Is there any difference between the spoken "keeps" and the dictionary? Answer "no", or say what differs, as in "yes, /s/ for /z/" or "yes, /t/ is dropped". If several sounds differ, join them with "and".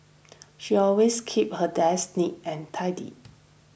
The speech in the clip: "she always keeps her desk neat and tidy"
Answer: yes, /s/ is dropped